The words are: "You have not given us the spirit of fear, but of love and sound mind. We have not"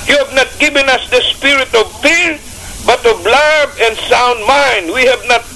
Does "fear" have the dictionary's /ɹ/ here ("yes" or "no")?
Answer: yes